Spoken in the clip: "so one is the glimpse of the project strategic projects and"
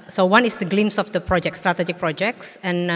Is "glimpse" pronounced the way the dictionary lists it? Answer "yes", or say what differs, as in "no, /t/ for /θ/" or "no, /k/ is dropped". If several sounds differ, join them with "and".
no, /p/ is dropped